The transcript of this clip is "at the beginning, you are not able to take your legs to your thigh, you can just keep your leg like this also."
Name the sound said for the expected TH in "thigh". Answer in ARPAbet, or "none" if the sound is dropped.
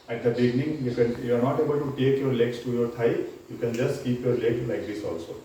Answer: T